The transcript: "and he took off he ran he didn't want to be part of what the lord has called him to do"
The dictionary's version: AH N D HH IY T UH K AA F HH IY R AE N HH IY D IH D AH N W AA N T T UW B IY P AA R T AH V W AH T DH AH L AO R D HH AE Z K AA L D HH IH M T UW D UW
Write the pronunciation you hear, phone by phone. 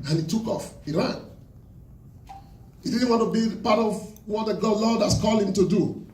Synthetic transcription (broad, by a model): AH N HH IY T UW K AA F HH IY R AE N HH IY D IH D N W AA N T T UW B IY P AA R T AH V W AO T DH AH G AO L D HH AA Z K AA L D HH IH M T UW D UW